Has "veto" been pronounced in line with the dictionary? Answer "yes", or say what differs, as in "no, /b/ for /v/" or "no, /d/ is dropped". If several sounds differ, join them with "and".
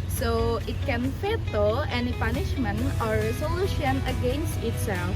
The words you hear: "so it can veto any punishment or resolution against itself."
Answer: no, /f/ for /v/